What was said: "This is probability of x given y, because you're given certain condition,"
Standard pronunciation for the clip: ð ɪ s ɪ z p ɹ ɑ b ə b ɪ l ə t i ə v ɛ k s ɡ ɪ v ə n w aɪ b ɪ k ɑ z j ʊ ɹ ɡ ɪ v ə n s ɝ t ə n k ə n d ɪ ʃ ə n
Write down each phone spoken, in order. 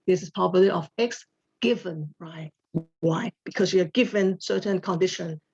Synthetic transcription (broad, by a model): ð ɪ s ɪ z p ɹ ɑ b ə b l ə t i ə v ɛ k s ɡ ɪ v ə n w aɪ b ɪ k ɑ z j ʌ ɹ ɡ ɪ v ə n s ɝ t ə n k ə n d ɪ ʃ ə n